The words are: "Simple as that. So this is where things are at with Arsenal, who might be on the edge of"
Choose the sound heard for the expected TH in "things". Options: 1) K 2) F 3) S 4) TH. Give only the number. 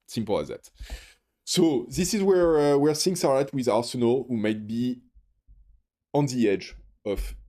3